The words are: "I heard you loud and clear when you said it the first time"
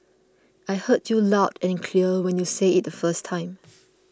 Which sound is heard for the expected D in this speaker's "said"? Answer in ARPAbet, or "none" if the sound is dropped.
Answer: none